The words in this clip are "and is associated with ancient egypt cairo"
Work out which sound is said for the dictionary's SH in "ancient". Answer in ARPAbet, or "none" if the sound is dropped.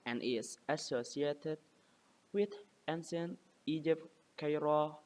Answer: S